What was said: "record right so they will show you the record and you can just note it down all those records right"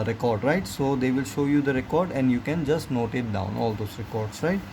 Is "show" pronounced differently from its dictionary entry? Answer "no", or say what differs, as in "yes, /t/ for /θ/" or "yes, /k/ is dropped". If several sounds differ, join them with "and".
no